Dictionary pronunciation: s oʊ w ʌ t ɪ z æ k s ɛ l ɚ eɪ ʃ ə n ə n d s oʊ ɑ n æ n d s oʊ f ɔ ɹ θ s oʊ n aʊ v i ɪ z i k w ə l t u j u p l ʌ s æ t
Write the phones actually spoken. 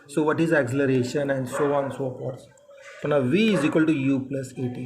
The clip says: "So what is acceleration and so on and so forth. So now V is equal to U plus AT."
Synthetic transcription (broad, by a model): s oʊ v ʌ t ɪ z æ k s ɛ l ɚ eɪ ʃ ə n ə n d s oʊ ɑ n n s oʊ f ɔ ɹ t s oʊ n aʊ v i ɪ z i k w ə l t u j u p l ʌ s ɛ t